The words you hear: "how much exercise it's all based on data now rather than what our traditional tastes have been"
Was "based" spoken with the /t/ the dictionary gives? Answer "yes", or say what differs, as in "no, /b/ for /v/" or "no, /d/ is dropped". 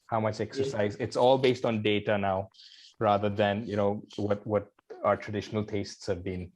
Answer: yes